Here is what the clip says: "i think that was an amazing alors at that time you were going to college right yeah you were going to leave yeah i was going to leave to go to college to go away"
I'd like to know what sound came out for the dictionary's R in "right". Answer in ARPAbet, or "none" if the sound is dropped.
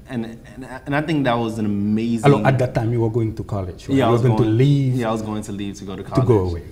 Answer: W